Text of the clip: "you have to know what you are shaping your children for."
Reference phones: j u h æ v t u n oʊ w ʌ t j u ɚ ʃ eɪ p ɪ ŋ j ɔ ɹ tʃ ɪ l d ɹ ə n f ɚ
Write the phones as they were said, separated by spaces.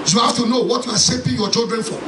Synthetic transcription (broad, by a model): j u h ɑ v t u n oʊ w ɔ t j u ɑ s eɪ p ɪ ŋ j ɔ tʃ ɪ l d ɹ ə n f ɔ